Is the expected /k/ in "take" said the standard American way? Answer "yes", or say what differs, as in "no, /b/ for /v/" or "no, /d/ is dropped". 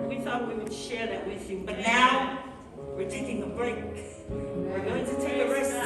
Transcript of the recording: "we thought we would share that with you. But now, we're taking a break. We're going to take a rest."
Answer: no, /k/ is dropped